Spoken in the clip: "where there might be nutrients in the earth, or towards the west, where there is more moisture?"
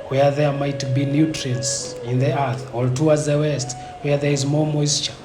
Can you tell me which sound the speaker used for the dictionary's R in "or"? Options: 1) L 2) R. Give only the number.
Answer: 1